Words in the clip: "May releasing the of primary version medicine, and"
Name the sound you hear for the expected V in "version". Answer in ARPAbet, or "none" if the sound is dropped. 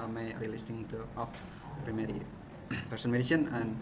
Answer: P